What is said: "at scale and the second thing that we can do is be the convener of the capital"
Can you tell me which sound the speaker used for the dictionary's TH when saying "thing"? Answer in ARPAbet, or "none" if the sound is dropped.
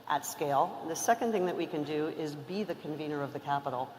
TH